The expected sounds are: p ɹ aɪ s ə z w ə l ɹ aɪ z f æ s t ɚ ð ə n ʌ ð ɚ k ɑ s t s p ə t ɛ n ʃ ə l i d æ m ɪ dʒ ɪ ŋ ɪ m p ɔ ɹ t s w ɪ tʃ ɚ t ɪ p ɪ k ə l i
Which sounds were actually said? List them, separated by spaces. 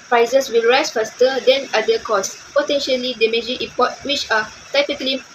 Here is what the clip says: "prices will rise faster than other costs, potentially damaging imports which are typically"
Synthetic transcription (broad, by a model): p ɹ aɪ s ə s w ə l ɹ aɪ s f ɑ s t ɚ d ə n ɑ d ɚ k ɑ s s p ə t ɛ n ʃ ə l i d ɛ m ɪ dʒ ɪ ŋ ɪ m p ɔ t w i tʃ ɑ t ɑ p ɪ k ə l i